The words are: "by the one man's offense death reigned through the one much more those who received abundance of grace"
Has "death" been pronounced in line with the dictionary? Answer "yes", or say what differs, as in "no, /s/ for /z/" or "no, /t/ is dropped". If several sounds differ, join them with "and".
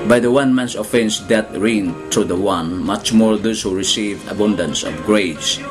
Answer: no, /t/ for /θ/